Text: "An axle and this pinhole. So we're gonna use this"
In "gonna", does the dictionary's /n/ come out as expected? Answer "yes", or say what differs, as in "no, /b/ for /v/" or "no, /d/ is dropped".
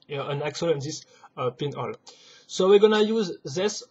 yes